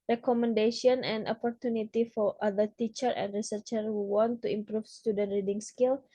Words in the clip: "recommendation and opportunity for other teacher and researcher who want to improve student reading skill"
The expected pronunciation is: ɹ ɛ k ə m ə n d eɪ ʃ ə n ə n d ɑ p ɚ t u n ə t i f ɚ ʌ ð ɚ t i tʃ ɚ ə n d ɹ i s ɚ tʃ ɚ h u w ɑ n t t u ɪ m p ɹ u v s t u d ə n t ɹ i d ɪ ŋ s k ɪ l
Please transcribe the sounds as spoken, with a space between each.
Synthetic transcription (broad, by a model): ɹ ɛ k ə m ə n d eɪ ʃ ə n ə n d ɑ p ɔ t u n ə t i f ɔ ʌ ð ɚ t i tʃ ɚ ə n d ɹ i s ɚ tʃ ɚ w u w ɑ n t t u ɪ m p ɹ u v s t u d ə n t ɹ i d ɪ ŋ s k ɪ l